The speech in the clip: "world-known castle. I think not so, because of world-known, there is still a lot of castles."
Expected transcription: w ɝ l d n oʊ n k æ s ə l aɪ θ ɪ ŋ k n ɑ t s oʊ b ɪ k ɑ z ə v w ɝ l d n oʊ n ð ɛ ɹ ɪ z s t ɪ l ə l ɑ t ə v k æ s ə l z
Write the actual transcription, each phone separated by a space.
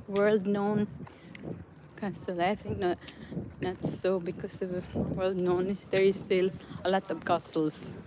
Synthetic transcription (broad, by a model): w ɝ l d n oʊ n k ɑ s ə l aɪ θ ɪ ŋ k n ɑ t s oʊ b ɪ k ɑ s ə v w ɝ l d n oʊ n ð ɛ ɹ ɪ s t ɪ l ə l ɑ t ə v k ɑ s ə l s